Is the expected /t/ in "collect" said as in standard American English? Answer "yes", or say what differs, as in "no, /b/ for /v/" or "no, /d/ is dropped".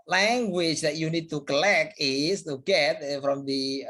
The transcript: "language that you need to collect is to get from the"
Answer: no, /t/ is dropped